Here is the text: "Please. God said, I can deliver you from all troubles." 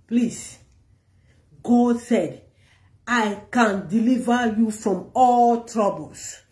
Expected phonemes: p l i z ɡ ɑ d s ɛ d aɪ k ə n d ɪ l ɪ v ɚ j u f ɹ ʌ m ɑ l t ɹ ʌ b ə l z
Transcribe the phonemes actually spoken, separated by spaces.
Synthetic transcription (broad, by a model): p l i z ɡ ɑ s ɛ d aɪ k ə n d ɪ l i v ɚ j u f ɹ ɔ m ɑ l t ɹ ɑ b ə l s